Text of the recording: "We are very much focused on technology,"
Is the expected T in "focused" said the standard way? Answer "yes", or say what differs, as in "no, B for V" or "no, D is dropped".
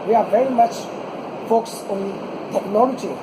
no, T is dropped